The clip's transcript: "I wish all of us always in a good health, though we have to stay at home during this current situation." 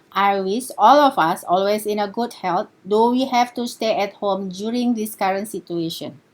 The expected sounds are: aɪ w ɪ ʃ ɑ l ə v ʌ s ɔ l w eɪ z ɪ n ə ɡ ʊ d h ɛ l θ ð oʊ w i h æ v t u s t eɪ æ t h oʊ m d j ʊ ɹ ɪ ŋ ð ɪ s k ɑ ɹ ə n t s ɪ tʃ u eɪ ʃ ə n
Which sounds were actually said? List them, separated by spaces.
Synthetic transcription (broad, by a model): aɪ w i s ɑ l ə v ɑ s ɔ l w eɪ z ɪ n ə ɡ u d h ɛ l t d oʊ w i h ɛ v t u s t eɪ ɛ t h oʊ m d j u ɹ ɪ ŋ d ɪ s k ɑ ɹ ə n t s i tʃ u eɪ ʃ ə n